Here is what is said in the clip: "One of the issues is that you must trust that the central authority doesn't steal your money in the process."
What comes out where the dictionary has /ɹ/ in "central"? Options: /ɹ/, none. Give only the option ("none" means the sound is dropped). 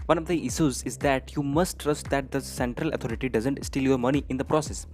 /ɹ/